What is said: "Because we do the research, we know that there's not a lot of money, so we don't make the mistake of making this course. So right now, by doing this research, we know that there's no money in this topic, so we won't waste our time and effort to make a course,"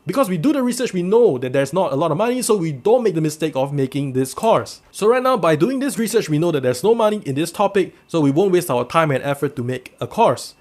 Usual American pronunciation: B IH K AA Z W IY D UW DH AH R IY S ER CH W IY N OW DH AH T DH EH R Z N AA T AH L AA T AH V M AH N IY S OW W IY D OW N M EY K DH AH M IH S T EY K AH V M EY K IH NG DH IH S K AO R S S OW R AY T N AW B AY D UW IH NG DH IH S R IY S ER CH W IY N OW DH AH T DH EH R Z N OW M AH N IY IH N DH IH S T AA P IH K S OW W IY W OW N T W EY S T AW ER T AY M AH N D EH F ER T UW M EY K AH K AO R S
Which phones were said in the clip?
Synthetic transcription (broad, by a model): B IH K AA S W IY D UW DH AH R IY S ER CH W IY N OW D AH T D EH R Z N AA T AH L AA T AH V M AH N IY S OW W IY D OW N M EY K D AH M IH S T EY K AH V M EY K IH NG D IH S K AO R S S OW R AY T N AW B AY D UW IH NG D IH S R IY S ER CH W IY N OW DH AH T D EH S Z N OW M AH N IY IH N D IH S T AA P IH K S OW W IY W OW N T W EY S T AW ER T AY M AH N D EH F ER T UW M EY K AH K AO R S